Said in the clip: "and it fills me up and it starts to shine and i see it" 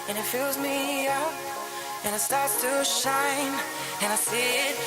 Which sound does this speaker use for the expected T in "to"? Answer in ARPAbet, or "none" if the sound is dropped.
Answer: T